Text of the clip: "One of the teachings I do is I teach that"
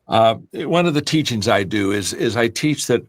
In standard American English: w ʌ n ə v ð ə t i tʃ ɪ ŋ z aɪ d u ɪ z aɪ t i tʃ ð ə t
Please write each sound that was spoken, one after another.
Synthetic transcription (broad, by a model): w ʌ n ə v ð ə t i tʃ ɪ ŋ z aɪ d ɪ ɪ z aɪ t i tʃ ð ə t